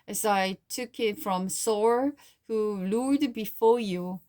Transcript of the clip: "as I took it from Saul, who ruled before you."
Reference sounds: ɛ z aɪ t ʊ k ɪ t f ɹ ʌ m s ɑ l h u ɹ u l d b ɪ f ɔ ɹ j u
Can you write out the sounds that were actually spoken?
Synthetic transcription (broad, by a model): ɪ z aɪ t ʊ k ɪ t f ɹ ʌ m s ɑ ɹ h u l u d b ɪ f ɔ ɹ j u